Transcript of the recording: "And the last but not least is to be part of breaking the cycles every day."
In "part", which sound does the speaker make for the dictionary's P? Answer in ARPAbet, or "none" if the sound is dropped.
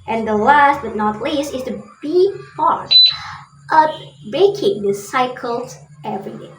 F